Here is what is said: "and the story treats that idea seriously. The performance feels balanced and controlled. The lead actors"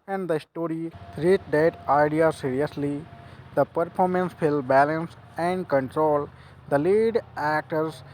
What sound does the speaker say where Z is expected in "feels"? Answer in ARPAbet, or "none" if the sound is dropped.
none